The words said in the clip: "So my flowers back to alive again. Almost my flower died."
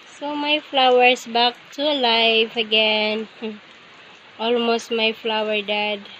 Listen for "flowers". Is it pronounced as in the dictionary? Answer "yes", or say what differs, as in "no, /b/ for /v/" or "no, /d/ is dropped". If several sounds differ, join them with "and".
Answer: no, /s/ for /z/